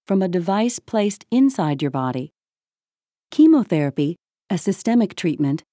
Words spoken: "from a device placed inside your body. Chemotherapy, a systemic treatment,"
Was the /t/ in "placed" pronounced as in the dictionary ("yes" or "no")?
yes